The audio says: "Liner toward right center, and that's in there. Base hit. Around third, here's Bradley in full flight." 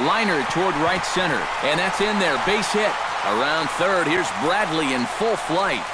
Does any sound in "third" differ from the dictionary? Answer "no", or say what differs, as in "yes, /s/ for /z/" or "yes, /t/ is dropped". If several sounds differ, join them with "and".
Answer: no